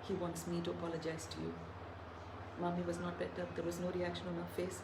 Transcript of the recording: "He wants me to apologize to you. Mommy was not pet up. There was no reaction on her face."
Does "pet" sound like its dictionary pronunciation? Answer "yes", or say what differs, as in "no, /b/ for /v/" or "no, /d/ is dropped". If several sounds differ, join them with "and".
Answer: no, /b/ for /p/